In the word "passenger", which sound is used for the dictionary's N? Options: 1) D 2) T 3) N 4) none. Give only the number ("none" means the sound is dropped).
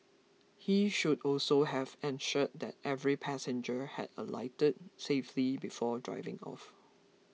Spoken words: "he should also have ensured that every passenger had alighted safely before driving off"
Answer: 3